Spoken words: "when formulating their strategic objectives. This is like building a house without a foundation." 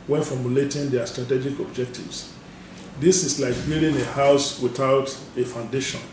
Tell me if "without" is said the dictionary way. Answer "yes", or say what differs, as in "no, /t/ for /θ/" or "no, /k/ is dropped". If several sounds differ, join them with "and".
yes